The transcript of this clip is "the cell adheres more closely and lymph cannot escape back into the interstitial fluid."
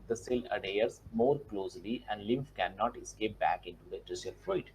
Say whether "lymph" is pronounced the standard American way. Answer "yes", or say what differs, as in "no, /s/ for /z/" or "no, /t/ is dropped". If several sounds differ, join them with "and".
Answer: yes